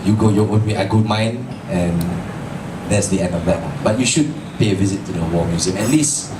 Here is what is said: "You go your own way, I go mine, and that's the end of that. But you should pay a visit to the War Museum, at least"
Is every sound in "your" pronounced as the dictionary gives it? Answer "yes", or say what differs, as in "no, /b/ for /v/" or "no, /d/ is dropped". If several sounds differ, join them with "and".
no, /w/ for /ɹ/